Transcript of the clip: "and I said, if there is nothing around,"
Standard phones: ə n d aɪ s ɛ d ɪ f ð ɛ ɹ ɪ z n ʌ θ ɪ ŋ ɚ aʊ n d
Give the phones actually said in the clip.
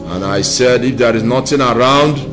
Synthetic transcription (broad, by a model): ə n aɪ s ɛ d ɪ f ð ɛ ɹ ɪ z n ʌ t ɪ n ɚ aʊ n d